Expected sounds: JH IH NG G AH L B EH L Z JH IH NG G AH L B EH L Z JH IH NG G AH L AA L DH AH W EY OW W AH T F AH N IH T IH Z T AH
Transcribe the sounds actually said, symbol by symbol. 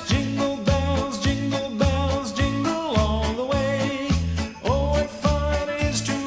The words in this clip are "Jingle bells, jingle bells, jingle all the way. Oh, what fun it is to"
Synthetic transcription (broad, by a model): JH IH NG G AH L B EH L Z JH IH NG G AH L B EH L Z JH IH NG G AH L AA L DH AH W EY OW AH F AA IH T IH Z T